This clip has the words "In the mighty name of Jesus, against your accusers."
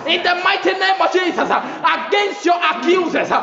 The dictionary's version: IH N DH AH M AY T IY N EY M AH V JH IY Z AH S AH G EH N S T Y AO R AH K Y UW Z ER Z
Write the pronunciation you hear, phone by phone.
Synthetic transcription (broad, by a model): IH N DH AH M AY T IY N EY M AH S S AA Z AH AH G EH N S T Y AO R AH K Y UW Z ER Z